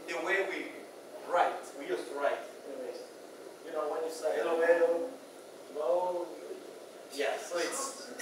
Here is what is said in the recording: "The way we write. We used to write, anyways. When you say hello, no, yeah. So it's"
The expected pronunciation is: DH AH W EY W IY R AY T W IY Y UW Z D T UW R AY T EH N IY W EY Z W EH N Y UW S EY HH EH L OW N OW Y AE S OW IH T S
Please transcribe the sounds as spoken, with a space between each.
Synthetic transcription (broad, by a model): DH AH W EY W IY R AY T W IY Y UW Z T UW R AY T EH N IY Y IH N W EH N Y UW S EY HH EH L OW L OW Y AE S OW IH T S